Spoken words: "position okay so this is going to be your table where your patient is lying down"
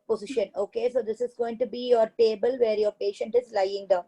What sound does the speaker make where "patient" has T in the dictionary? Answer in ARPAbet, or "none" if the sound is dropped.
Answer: T